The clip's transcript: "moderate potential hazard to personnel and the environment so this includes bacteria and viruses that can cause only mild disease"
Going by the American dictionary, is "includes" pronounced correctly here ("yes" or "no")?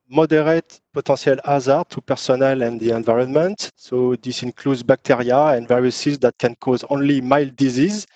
yes